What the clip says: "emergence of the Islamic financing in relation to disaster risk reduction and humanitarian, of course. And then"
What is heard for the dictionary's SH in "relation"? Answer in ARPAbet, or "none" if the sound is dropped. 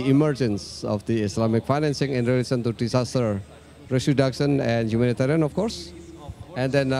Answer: S